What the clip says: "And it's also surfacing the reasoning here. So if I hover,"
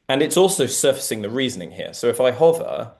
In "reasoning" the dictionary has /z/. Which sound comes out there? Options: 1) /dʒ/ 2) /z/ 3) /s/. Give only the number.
2